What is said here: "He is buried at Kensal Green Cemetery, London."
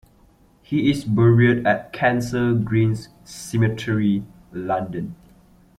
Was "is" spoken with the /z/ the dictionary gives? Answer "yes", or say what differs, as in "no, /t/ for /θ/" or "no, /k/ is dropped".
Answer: no, /s/ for /z/